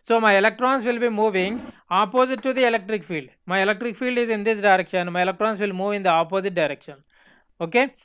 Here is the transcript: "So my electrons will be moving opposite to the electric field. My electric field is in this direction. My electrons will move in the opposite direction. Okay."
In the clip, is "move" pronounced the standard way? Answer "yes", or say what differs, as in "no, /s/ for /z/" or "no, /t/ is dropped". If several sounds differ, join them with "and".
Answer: yes